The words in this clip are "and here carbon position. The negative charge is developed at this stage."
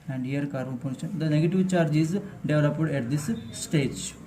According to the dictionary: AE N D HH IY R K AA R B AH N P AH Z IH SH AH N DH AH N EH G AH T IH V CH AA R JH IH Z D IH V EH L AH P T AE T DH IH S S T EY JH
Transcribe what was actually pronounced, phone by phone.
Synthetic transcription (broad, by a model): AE N D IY R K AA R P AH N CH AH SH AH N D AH N EH G AH T IH V CH AA R JH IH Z D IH V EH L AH P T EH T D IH S S T EY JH